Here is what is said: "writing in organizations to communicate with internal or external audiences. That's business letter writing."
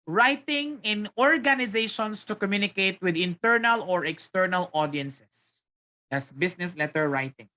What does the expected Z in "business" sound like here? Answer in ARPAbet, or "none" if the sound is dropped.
S